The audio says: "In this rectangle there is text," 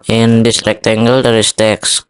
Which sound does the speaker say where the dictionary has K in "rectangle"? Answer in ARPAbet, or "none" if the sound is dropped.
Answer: K